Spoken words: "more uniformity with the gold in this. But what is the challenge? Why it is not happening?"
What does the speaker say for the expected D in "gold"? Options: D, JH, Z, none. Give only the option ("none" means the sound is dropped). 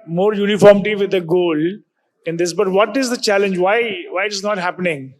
none